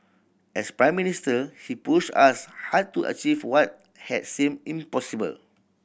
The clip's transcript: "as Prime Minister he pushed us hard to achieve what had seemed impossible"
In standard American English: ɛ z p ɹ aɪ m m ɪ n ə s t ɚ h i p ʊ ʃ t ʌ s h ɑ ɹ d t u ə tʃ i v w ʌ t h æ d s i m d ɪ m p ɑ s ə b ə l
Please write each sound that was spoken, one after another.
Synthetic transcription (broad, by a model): ɛ s p ɹ aɪ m m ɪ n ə s t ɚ h i p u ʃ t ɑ s h ɑ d t u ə tʃ i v w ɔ t h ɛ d s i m ɪ m p ɑ s ə b ə l